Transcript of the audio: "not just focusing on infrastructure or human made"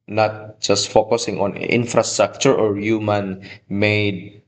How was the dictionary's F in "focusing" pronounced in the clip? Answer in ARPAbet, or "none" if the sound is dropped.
F